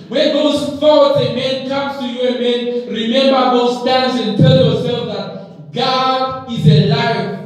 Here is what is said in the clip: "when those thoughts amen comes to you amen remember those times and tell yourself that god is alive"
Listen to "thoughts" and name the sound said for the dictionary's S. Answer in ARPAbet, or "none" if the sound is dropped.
none